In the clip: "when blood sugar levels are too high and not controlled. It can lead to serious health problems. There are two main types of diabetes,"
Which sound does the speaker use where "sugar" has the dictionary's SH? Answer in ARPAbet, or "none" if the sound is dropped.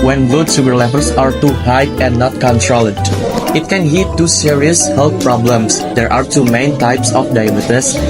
S